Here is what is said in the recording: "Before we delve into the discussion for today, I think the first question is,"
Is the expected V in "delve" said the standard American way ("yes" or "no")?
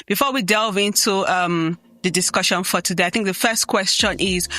yes